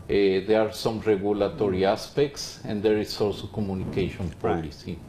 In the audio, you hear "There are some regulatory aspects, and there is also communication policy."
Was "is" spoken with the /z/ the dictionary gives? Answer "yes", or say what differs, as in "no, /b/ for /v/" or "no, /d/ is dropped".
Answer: no, /s/ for /z/